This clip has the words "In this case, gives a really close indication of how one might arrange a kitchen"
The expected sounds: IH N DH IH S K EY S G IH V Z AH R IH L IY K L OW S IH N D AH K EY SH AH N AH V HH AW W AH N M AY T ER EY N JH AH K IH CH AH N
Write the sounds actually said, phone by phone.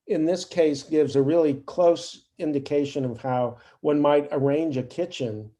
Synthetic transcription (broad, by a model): IH N DH IH S K EY S G IH V Z AH R IH L IY K L OW S IH N D AH K EY SH AH N AH V HH AW W AH N M AY T ER EY N JH AH K IH CH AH N